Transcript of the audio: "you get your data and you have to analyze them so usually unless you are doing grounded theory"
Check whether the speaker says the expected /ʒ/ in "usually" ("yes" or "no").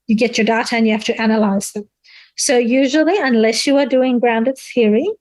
yes